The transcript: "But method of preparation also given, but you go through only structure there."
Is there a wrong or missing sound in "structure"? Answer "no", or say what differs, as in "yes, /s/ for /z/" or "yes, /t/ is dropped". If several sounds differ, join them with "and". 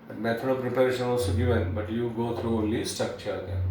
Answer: yes, /ɹ/ is dropped